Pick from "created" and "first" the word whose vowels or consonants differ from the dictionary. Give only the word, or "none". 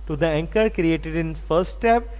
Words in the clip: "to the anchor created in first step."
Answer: first